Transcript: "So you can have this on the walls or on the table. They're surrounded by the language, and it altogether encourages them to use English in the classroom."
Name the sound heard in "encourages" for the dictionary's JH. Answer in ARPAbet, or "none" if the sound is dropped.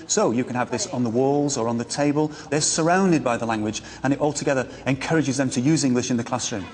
JH